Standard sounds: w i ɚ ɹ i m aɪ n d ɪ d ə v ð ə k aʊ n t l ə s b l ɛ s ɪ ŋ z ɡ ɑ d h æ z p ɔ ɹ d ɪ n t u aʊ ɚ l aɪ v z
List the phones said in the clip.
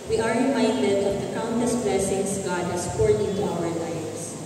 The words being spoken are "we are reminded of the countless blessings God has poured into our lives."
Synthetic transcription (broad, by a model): w i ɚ ɹ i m aɪ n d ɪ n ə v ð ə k aʊ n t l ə s b l ɛ s ɪ ŋ s ɡ ɑ d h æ s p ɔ ɹ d ɪ n t u aʊ ɚ l aɪ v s